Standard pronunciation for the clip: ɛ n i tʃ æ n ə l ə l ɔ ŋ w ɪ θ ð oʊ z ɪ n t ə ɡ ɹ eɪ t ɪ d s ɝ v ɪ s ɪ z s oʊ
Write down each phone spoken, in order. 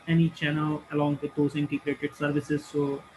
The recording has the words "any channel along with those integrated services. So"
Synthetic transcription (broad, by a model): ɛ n i tʃ æ n ə l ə l ɔ ŋ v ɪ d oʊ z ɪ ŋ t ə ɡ ɹ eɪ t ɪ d s ɝ v ɪ s ɪ z s oʊ